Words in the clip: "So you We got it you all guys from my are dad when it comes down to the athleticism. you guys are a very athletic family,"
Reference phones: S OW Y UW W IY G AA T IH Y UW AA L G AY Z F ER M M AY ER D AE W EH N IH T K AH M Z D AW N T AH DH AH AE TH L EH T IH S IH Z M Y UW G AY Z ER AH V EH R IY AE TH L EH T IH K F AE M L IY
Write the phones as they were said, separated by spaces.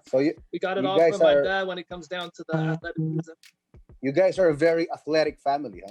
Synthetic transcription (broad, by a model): S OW Y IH W IY G AA T IH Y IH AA G AY Z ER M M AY ER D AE W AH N IH T K AH M Z D AW N T AH DH AH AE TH L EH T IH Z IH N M Y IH G AY Z ER AH V EH R IY AE TH L EH T IH K F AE M L IY